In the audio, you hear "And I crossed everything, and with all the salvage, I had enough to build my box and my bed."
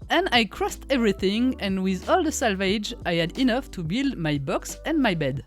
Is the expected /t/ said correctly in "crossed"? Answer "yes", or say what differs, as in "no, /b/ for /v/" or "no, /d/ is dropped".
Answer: yes